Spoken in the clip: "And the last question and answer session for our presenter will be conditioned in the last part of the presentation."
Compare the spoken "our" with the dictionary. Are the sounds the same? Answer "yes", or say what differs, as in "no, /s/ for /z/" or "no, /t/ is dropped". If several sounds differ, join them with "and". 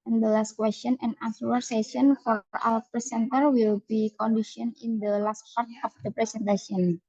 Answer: no, /l/ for /ɹ/